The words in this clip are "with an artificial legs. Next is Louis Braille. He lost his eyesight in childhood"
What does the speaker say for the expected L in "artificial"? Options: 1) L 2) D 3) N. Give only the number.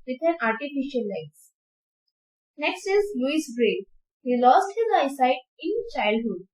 1